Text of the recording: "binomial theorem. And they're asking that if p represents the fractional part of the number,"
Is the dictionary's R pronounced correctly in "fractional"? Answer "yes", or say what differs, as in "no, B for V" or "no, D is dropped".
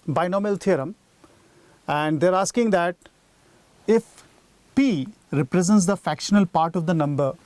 no, R is dropped